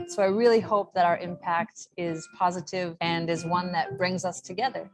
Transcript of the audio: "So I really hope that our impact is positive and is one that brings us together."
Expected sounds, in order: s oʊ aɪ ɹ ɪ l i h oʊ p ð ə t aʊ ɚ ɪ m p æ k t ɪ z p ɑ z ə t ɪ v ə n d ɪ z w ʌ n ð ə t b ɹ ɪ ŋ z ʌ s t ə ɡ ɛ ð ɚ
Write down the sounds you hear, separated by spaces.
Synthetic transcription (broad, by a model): s oʊ aɪ ɹ ɪ l i h oʊ p ð ə t aʊ ɚ ɪ m p æ k t ɪ z p ɑ z ə t ɪ v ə n ɪ z w ʌ n ð ə t b ɹ ɪ ŋ z ʌ s t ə ɡ ɛ ð ɚ